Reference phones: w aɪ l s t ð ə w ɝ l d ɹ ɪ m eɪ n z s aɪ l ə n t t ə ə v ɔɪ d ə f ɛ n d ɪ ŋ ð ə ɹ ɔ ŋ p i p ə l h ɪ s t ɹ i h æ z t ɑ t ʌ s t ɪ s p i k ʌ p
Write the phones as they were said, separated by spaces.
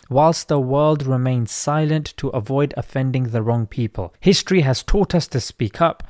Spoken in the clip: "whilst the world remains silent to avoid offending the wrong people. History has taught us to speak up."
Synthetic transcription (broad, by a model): w aɪ l s t ð ə w ɝ l d ɹ ɪ m eɪ n z s aɪ l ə n t t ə ə v ɔɪ d ə f ɛ n d ɪ ŋ ð ə ɹ ɔ ŋ p i p ə l h ɪ s t ɹ i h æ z t ɑ t ʌ s t ɪ s p i k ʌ p